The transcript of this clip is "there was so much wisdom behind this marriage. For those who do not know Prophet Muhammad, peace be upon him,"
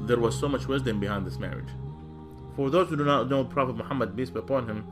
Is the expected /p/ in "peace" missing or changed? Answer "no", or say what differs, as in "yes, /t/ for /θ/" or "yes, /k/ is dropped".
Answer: yes, /b/ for /p/